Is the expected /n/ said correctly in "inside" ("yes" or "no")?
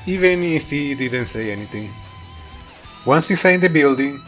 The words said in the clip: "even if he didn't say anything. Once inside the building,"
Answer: no